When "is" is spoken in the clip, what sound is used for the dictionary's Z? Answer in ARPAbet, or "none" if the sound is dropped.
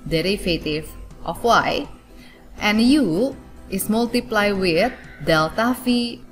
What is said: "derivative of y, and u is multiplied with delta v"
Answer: S